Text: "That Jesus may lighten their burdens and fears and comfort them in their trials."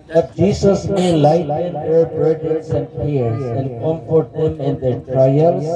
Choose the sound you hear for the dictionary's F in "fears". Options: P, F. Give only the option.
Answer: P